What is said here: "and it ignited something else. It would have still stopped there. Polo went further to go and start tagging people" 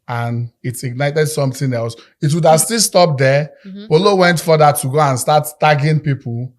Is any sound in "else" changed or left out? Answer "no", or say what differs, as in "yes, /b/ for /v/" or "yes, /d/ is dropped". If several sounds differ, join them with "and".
no